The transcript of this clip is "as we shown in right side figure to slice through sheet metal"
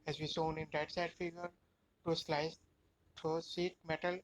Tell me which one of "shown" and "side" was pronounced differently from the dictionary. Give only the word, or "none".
shown